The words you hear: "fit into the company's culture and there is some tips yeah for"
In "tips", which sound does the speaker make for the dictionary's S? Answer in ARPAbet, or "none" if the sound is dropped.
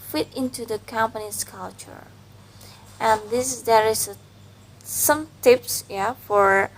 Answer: S